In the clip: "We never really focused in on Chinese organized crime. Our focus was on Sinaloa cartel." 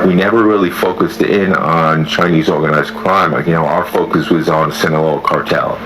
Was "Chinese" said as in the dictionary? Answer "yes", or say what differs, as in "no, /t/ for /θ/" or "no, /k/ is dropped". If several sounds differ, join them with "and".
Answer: yes